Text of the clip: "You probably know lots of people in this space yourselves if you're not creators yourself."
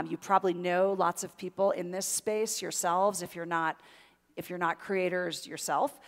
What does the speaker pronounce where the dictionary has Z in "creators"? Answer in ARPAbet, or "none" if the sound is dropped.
Z